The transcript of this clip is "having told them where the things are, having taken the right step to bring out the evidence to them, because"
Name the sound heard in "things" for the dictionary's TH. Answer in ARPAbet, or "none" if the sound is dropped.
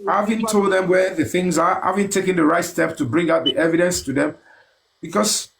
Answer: TH